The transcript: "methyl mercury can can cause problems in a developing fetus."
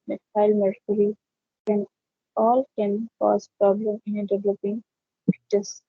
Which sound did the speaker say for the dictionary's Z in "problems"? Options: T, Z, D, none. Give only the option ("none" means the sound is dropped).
none